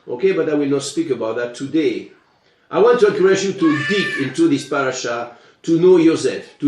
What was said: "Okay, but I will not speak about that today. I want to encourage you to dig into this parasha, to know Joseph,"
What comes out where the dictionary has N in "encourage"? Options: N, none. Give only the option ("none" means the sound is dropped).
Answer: none